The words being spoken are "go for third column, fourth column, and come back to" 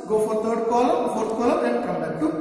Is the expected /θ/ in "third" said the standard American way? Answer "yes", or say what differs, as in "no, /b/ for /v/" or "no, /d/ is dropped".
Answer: no, /t/ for /θ/